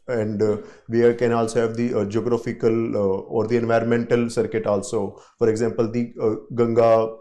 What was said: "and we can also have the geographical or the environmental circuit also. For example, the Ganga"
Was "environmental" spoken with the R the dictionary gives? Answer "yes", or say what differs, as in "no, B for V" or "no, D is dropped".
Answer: yes